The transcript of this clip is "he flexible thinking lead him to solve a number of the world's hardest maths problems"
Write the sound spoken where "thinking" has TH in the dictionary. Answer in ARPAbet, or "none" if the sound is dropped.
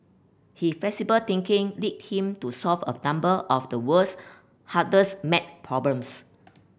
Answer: T